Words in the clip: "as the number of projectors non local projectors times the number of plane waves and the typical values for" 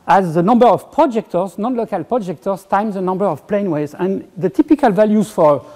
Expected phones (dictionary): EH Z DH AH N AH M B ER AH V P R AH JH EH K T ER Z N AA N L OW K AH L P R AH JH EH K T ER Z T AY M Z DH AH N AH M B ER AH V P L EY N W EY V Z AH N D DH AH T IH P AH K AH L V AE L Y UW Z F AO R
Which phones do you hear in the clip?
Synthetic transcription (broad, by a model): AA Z DH AH N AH M B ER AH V P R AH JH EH K T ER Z N AA N L OW K AH L P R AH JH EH K T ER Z T AY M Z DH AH N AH M B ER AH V P L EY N W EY Z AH N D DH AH T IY P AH K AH L V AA L Y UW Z F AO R